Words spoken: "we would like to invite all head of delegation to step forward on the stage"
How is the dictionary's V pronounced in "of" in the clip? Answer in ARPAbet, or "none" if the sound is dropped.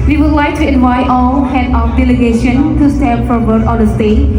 F